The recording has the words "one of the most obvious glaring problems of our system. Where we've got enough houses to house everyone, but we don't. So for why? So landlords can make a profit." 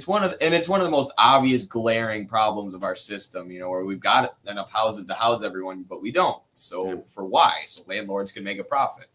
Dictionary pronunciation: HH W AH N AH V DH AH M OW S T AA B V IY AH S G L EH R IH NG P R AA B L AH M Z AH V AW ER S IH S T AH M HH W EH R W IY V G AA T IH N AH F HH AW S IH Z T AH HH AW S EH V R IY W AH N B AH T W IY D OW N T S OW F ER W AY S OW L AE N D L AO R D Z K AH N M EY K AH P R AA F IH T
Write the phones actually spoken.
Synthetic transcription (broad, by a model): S W AH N AH V DH AH M OW S T AA B V IY AH S G L EH R IH NG P R AA B L AH M Z AH V AW ER S IH S T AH M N W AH R W IY V G AA T IH N AH F HH AW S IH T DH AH HH AW S EH V R IY W AH N B AH T W IY D OW N T S OW F ER W AY S OW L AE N L AO R D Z K AH N M EY K AH P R AA F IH T